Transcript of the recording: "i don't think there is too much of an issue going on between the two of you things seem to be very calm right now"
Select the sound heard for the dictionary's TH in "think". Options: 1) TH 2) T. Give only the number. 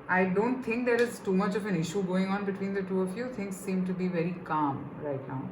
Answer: 2